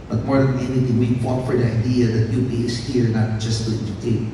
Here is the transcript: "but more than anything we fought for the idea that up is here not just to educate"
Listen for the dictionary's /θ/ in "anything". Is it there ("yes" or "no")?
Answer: no